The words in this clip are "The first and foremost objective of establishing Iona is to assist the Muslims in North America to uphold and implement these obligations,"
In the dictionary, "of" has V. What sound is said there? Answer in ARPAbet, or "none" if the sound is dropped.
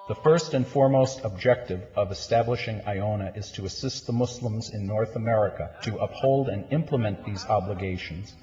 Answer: V